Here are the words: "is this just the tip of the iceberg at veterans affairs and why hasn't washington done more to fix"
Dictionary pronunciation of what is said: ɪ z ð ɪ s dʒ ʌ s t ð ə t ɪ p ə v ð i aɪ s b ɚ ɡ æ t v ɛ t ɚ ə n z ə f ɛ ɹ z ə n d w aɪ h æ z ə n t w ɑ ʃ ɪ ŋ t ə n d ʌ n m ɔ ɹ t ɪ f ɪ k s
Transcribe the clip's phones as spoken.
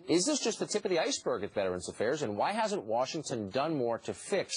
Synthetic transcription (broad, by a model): ɪ z ð ɪ s dʒ ʌ s t ð ə t ɪ p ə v ð i aɪ s b ɚ ɡ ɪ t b ɛ t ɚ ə n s ə f ɛ ɹ z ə n w aɪ h æ z ə n t w ɑ ʃ ɪ ŋ t ə n d ʌ n m ɔ ɹ t ɪ f ɪ k s